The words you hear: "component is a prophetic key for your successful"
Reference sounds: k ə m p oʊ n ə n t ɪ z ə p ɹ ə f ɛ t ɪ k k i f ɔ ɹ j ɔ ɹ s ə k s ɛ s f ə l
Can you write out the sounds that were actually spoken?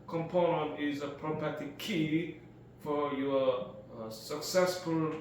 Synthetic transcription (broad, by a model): k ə m p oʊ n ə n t ɪ z ə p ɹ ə p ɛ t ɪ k k i f ɔ ɹ j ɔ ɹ s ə k s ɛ s f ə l